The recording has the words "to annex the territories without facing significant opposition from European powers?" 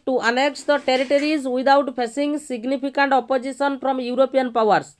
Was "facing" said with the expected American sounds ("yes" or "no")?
no